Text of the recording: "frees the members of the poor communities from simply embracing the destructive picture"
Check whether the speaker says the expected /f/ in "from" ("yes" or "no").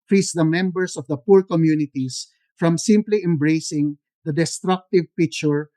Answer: yes